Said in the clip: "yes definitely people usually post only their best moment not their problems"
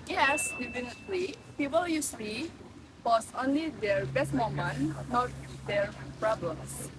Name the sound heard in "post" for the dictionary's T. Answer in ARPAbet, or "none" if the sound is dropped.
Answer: none